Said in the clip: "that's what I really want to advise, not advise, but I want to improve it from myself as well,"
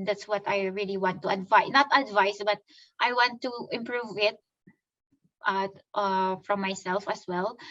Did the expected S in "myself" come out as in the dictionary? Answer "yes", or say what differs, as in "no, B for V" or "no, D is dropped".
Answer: yes